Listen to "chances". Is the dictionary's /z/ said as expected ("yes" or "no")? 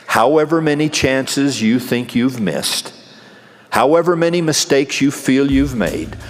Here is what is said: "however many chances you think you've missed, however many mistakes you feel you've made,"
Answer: yes